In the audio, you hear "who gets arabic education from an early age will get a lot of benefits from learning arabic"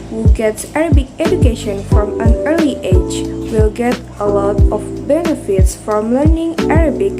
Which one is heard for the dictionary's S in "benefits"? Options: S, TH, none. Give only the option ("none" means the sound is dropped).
S